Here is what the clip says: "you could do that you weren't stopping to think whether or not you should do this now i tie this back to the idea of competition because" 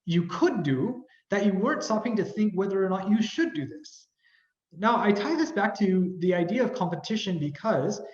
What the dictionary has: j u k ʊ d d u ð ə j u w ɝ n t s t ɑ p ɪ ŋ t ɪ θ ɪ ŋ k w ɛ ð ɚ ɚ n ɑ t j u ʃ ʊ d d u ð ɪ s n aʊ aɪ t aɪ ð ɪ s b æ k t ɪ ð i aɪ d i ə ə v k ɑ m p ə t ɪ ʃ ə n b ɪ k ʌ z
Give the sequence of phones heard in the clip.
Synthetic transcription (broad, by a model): j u k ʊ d d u ð ə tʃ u w ɝ n t s t ɑ p ɪ ŋ t ɪ θ ɪ ŋ k w ɛ ð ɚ ɚ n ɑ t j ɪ ʃ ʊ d d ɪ ð ɪ s n aʊ aɪ t aɪ ð ɪ s b æ k t ɪ ð i aɪ d i ə ə v k ɑ m p ə t ɪ ʃ ə n b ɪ k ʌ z